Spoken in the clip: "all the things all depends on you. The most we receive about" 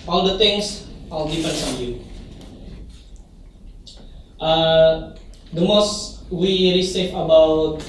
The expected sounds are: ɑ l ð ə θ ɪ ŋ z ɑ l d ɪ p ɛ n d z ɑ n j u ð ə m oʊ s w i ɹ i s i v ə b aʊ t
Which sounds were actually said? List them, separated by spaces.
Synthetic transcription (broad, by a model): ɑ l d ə t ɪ ŋ s ɑ l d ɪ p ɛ n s ɑ n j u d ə m oʊ s w i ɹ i s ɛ f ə b aʊ t